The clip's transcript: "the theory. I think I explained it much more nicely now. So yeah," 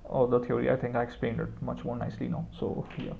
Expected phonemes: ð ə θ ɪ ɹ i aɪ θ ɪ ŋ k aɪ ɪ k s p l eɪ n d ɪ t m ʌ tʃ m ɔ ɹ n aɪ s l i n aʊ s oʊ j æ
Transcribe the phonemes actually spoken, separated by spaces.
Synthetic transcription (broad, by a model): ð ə t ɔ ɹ i aɪ t ɪ ŋ k aɪ ɪ k s p l eɪ n d ɪ t m ʌ tʃ m ɔ ɹ n aɪ s l i n aʊ s oʊ j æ